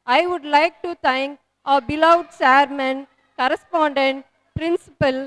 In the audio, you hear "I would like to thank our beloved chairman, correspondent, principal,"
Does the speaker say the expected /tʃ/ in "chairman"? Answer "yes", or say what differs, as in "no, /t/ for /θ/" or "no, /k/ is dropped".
no, /s/ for /tʃ/